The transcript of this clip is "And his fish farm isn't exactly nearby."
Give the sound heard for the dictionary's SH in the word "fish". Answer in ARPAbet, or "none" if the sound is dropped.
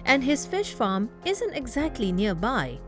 SH